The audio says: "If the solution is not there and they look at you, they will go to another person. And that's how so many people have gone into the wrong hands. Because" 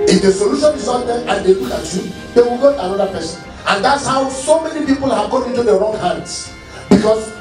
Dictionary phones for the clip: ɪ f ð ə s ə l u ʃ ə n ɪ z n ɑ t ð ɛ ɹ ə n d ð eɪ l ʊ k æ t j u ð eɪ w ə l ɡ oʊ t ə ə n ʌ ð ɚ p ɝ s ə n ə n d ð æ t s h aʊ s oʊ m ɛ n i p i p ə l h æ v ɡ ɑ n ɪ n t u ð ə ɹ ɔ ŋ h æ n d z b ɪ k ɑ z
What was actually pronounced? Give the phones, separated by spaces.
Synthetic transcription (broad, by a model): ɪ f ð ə s ə l u ʃ ə n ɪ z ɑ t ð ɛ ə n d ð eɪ w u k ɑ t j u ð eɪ w ə l ɡ oʊ t ə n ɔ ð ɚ p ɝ s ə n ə n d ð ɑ t s h aʊ s oʊ m ɛ n i p i p ə l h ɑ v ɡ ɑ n ɪ n t u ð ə ɹ ɔ ŋ h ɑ n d s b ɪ k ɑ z